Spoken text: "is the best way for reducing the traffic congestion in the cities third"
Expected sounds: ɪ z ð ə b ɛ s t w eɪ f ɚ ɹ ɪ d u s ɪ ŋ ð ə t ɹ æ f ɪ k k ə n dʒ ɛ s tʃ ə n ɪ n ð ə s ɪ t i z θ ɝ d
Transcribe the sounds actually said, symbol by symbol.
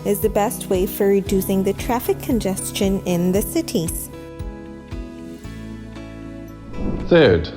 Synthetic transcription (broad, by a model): ɪ z ð ə b ɛ s t w eɪ f ɚ ɹ ɪ d u s ɪ ŋ ð ə t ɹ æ f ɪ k k ə n dʒ ɛ s tʃ ə n ɪ n ð ə s ɪ t i z θ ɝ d